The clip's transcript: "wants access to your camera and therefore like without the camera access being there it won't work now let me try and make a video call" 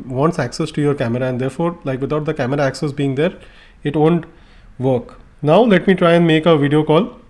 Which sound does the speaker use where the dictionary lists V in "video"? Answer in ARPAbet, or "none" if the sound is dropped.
V